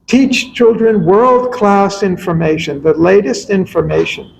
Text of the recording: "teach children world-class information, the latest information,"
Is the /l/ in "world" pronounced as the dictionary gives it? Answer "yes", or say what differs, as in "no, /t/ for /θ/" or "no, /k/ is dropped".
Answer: yes